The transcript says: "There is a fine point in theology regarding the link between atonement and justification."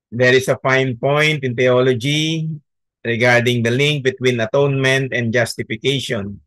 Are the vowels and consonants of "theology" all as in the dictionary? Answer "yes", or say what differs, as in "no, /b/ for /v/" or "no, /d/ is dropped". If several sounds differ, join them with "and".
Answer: no, /t/ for /θ/